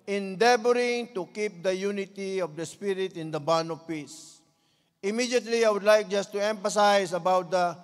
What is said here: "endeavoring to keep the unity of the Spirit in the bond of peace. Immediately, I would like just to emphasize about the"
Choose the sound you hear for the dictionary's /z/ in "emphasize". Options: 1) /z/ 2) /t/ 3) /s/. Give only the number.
3